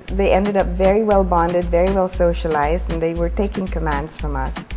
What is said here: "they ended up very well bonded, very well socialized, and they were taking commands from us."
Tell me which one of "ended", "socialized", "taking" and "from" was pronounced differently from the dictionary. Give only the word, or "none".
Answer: none